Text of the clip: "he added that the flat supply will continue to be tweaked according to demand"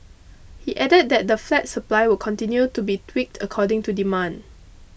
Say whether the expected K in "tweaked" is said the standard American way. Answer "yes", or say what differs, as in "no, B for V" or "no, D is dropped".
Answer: yes